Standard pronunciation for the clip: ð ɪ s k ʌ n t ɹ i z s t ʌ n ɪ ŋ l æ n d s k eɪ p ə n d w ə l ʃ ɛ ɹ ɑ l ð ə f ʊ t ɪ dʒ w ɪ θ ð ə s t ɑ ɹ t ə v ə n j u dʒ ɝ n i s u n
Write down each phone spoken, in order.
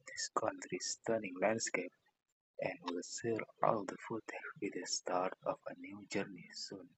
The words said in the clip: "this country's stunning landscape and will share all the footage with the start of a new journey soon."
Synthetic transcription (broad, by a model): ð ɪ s k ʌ n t ɹ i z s t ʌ n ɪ ŋ l æ n d s k eɪ p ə n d w ə l s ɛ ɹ ɑ l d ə f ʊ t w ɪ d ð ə s t ɑ ɹ t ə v ə n j u dʒ ɝ n i s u n